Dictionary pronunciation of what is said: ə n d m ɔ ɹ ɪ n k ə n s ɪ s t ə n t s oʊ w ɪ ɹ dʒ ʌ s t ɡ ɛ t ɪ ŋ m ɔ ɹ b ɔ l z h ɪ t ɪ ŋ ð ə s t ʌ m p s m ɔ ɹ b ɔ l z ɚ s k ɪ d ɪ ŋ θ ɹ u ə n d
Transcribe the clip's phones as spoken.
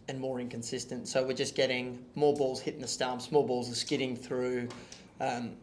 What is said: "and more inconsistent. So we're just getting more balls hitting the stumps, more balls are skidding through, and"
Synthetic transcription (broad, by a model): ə n m ɔ ɹ ɪ n k ə n s ɪ s t ə n t s oʊ w ɪ ɹ dʒ ʌ s ɡ ɛ t ɪ ŋ m ɔ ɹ b ɔ l z h ɪ t ɪ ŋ ð ə s t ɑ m s m ɔ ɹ b ɔ l z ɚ s k ɪ d ɪ ŋ θ ɹ u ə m